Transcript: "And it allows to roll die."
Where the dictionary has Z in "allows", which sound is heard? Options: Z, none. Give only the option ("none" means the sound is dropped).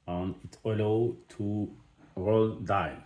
none